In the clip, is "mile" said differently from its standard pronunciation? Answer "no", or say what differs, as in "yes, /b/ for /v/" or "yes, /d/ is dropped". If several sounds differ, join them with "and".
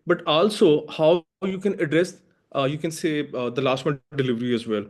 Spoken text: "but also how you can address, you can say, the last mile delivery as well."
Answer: yes, /n/ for /l/